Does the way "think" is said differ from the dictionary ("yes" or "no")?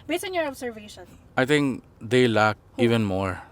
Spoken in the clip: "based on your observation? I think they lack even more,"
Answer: yes